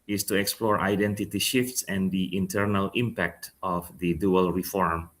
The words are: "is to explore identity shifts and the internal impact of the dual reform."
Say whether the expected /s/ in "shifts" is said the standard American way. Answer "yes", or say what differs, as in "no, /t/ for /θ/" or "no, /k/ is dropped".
yes